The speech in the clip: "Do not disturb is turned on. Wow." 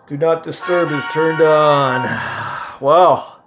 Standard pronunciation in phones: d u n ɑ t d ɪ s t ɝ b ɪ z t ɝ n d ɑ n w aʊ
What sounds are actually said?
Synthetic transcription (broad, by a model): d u n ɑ t d ɪ s t ɝ b ɪ z t ɝ n d n w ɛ